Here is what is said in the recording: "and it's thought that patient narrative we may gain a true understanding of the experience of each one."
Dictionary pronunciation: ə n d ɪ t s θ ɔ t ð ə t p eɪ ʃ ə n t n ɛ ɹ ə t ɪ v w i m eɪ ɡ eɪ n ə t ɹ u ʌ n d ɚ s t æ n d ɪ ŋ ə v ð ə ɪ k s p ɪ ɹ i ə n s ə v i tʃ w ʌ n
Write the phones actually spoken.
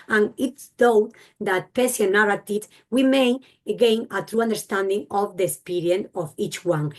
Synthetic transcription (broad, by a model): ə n ɪ t s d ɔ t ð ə t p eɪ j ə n n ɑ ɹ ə t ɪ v w i m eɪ ɡ eɪ n ə t ɹ u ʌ n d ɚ s t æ n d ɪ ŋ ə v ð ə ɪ k s p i ɹ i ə n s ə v i tʃ w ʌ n